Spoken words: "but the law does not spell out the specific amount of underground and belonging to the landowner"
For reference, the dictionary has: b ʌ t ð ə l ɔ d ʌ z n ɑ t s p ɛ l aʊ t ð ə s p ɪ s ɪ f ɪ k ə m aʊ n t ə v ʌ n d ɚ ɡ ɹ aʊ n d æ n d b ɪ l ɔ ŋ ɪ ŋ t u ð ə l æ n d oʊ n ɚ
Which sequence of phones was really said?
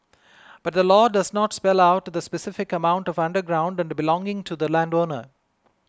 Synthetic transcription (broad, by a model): b ʌ t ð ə l ɔ d ʌ z n ɑ t s p ɛ l aʊ t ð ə s p ɪ s ɪ f ɪ k ə m aʊ n t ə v ʌ n d ɚ ɡ ɹ aʊ n d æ n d b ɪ l ɔ ŋ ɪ ŋ t u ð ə l æ n d oʊ n ɚ